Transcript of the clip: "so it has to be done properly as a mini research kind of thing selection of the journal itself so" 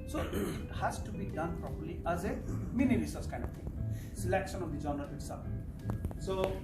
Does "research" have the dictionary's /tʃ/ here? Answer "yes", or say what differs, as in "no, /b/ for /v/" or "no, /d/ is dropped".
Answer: no, /s/ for /tʃ/